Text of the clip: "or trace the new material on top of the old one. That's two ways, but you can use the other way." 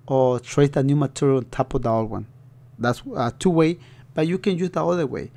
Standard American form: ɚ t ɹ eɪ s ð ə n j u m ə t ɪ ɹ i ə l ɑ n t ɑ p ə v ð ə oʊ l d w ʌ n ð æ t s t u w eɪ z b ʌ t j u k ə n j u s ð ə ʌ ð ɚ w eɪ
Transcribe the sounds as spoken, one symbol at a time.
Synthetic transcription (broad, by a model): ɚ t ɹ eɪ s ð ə n j u m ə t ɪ ɹ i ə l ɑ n t ɑ p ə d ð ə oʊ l w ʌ n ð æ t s t u w eɪ b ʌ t j u k ə n j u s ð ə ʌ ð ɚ w eɪ